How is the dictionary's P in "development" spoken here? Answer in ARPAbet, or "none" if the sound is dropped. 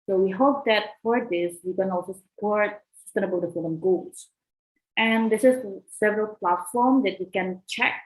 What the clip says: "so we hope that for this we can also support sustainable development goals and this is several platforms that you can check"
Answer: none